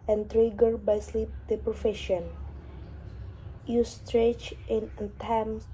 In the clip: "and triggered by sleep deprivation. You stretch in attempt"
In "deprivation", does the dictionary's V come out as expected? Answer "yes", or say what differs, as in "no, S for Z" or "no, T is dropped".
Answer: no, F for V